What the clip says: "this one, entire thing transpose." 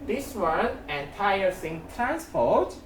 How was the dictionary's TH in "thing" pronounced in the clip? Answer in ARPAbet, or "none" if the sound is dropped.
S